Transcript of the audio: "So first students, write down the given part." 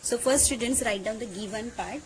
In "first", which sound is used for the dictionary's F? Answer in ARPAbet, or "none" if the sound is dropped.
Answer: F